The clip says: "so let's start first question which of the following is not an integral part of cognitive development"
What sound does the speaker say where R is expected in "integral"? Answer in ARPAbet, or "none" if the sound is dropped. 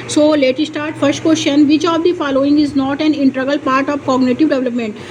none